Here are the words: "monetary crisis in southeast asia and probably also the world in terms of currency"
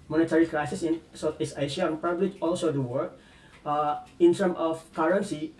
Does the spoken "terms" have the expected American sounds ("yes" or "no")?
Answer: no